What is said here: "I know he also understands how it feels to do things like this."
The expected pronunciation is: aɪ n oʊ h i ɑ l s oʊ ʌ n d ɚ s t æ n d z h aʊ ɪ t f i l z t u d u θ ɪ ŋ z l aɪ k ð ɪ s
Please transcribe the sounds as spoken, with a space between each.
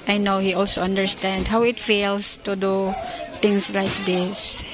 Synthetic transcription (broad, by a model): aɪ n oʊ h i ɑ l s oʊ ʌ n d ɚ s t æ n d h aʊ ɪ t f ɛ l s t u d u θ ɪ ŋ s l aɪ k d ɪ s